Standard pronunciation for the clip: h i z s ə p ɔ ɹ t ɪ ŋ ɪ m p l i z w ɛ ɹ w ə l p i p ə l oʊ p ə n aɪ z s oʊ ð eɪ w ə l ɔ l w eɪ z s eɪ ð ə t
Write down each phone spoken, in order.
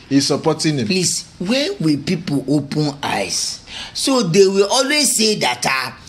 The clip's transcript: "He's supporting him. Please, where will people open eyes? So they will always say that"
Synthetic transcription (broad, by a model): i s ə p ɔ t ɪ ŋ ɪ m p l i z w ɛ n w ə l p i p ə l oʊ p ə n aɪ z s oʊ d eɪ w ə l ɔ l w eɪ z s eɪ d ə t